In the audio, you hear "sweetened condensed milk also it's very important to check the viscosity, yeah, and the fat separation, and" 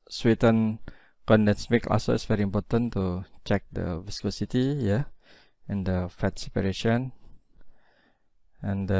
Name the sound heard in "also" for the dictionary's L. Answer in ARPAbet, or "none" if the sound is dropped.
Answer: none